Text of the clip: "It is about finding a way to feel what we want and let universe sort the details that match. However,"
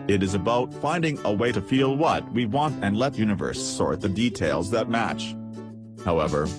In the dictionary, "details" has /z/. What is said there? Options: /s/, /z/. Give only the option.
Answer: /z/